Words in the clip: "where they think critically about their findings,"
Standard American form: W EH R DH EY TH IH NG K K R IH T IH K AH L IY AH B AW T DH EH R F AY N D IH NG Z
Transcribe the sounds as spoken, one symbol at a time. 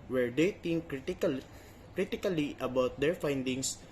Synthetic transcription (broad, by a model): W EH R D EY T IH NG K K R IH T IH K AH L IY AH B AW T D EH R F AY N D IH NG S